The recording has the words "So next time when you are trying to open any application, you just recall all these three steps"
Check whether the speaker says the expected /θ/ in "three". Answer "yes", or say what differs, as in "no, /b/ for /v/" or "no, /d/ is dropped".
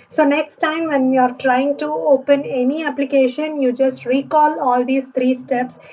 no, /t/ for /θ/